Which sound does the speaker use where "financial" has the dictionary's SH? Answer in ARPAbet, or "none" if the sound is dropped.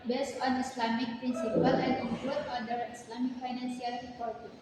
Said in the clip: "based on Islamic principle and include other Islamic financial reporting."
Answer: S